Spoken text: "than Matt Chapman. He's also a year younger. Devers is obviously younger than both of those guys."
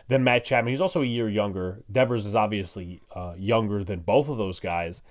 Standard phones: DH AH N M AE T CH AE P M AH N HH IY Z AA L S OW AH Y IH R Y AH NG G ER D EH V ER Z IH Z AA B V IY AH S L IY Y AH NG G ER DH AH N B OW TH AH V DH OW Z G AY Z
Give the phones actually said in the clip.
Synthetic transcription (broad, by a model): DH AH N M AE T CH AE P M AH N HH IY Z AA L S OW AH Y IH R Y AH NG G ER D EH V ER Z IH Z AA B V IY AH S L IY Y AH NG G ER DH AH N B OW TH AH V DH OW Z G AY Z